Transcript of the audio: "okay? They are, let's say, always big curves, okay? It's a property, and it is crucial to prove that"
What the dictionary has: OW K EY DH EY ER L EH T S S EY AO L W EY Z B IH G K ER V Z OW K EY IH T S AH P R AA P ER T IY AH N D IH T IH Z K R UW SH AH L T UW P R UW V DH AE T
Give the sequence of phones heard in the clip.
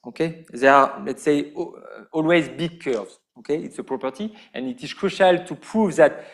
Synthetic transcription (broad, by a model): OW K EY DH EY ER L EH T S S EY AO L W EY Z B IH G K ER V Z OW K EY IH T S AH P R AA P ER T IY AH N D IH T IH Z K R UW SH AH L T UW P R UW V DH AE T